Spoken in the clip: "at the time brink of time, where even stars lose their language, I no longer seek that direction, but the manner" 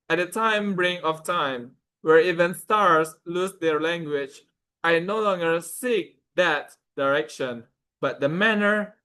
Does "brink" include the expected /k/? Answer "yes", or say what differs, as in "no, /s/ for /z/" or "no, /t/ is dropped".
no, /k/ is dropped